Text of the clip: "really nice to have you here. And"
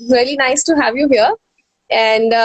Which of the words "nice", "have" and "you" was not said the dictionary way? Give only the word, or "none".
none